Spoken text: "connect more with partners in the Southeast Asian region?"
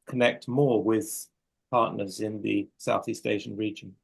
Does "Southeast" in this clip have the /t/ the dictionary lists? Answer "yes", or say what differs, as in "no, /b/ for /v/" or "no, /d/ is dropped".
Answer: yes